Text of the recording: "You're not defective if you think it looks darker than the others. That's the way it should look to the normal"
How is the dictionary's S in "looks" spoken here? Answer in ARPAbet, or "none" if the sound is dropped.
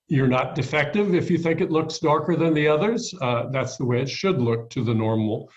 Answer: S